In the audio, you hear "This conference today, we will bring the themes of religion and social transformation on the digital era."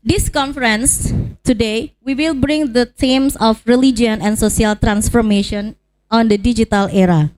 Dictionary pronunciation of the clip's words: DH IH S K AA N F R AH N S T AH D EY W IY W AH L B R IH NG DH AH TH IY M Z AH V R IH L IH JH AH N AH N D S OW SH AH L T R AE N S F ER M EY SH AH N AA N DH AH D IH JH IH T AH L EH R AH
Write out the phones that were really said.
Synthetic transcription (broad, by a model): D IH S K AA N F R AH N S T AH D EY W IY W AH L B R IH NG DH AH T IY M S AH F R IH L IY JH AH N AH N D S OW S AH L T R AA N S F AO M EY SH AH N AA N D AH D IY JH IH T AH L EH R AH